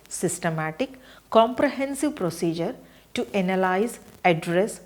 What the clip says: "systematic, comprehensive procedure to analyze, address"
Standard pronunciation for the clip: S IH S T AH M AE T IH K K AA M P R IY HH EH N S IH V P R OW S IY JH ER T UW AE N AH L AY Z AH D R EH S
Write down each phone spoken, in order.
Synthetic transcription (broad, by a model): S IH S T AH M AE T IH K K AA M P R IY HH EH N S IH V P R OW S IY JH ER T UW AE N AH L AY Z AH D R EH S